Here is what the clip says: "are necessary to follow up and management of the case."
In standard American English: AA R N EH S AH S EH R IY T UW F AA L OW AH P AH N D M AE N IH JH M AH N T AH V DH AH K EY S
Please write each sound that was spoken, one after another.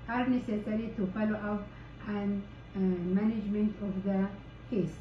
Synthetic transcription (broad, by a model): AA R N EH S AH S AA R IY T UW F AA L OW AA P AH N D M AE N IH JH M AH N T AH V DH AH K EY S